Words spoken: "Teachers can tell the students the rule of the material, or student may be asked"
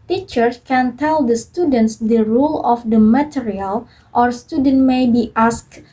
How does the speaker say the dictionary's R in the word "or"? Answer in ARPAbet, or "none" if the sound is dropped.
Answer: R